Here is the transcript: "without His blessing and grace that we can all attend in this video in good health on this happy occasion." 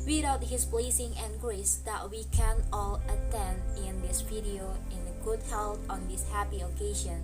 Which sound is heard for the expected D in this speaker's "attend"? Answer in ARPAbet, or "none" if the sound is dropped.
D